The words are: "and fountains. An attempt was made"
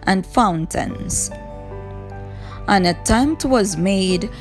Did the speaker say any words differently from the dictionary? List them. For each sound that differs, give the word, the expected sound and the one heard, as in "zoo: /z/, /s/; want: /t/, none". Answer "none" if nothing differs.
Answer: none